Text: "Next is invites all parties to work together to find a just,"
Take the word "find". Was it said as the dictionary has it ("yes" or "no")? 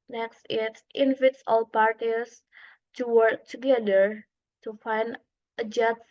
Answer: yes